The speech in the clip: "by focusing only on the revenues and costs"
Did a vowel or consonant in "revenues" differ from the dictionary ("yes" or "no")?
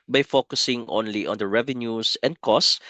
yes